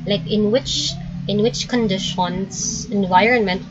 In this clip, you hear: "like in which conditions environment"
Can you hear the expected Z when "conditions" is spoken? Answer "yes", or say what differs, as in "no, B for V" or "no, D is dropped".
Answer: no, S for Z